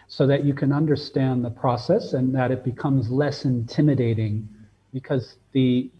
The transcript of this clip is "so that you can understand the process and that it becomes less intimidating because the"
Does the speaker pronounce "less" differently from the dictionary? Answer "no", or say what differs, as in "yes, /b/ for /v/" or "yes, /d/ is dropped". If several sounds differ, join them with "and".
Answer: no